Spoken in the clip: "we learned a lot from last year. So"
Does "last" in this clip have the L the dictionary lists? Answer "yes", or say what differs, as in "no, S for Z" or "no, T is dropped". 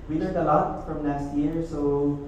no, N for L